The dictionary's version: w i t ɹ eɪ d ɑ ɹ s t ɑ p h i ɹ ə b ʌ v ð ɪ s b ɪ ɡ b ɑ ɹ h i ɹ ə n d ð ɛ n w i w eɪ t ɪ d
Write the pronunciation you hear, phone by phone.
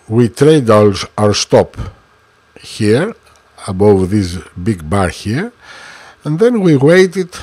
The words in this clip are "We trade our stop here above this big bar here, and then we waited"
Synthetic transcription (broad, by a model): w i t ɹ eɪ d ɑ ɹ s t ɑ p h i ɹ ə b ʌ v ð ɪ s b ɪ ɡ b ɑ ɹ h i ɹ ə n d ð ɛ n w i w eɪ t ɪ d